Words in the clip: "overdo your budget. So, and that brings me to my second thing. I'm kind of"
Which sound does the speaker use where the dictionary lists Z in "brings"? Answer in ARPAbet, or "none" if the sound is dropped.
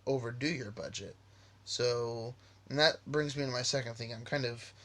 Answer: Z